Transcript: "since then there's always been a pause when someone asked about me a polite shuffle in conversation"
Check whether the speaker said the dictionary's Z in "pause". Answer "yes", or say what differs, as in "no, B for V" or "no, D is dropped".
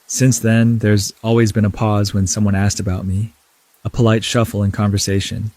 yes